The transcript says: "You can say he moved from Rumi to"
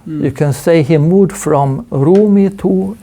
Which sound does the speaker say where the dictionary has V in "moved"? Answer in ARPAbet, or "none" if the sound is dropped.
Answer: none